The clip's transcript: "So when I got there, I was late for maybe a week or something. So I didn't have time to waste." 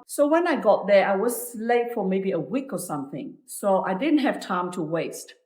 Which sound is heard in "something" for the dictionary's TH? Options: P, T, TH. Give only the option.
TH